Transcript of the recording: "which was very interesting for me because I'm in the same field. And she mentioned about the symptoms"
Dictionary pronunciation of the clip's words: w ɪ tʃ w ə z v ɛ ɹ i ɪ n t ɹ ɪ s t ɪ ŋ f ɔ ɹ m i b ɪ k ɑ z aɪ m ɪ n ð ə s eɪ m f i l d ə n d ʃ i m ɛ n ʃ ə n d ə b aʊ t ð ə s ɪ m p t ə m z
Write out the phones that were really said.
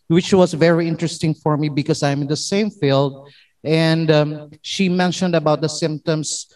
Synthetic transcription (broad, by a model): w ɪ tʃ w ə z v ɛ ɹ i ɪ n t ɹ ɪ s t ɪ ŋ f ɔ ɹ m i b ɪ k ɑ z aɪ m ɪ n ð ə s eɪ m f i l d ə n d ʃ i m ɛ n ʃ ə n d ə b aʊ t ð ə s ɪ m p t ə m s